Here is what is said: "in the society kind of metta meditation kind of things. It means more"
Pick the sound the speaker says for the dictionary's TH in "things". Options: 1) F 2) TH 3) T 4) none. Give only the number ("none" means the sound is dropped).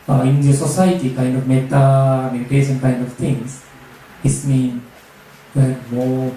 3